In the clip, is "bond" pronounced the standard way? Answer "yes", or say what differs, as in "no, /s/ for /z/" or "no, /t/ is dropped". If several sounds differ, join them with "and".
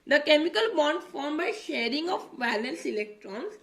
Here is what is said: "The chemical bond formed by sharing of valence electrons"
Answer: yes